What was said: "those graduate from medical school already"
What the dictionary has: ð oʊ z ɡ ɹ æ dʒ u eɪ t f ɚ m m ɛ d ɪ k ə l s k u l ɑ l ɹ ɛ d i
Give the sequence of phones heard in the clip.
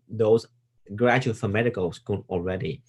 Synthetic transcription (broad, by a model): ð oʊ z ɡ ɹ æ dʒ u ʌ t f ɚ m m ɛ d ɪ k ə l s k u n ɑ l ɹ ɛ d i